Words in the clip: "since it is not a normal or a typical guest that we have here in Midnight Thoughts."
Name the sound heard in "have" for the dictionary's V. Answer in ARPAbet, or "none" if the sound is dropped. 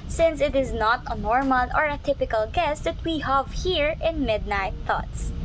V